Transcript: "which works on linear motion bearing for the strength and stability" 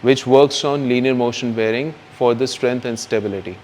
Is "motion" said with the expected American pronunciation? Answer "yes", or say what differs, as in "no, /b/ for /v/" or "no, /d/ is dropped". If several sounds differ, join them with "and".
yes